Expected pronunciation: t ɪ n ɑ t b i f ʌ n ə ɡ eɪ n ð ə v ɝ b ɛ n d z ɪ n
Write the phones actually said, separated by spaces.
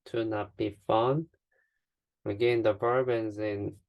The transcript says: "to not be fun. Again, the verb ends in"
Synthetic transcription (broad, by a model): t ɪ n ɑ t b i f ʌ n ə ɡ eɪ n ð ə b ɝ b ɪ n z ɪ n